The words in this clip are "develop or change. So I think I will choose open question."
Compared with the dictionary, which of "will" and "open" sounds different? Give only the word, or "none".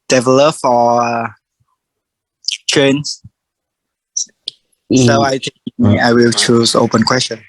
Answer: none